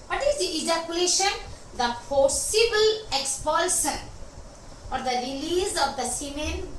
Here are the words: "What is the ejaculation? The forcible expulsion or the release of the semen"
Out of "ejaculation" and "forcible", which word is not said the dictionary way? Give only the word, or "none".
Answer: forcible